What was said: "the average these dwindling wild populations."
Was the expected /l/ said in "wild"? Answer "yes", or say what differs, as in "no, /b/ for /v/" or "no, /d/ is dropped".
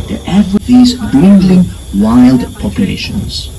yes